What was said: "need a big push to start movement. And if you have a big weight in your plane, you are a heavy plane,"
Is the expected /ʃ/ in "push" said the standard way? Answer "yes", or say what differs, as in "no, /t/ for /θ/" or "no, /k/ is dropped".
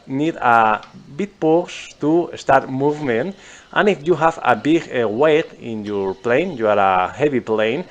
no, /s/ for /ʃ/